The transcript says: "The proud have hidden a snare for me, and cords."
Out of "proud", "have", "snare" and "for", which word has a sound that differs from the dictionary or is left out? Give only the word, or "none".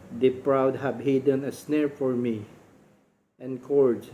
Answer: have